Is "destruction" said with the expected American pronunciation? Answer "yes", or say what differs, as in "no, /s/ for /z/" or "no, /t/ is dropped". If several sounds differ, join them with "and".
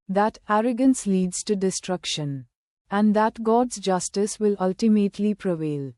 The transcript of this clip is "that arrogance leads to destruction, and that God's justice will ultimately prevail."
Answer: yes